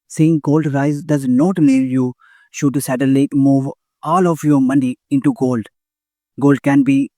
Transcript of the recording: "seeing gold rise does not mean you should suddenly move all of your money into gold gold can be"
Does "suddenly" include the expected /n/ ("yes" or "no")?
no